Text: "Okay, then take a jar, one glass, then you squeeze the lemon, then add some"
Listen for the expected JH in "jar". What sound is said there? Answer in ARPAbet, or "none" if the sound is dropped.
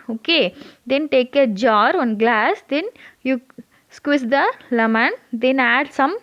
JH